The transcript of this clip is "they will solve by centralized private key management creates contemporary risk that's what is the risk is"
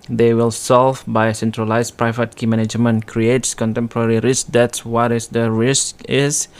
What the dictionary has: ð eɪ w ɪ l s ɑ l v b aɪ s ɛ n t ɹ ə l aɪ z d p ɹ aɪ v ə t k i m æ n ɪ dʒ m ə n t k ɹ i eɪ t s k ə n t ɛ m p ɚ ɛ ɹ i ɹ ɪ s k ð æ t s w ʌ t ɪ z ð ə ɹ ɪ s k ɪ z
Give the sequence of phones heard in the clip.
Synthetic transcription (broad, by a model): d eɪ w ɪ l s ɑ l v b aɪ s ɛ n t ɹ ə l aɪ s p ɹ aɪ v ə t k i m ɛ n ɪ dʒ m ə n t k ɹ i eɪ t s k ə n t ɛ m p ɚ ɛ ɹ i ɹ ɪ s k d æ t s w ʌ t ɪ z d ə ɹ ɪ s k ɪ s